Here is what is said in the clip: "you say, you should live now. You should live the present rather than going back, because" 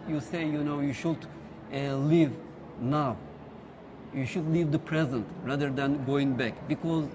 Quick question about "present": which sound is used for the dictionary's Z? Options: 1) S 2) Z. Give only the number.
2